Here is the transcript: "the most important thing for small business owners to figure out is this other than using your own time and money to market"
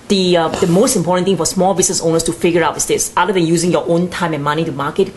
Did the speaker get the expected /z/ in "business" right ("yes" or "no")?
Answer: no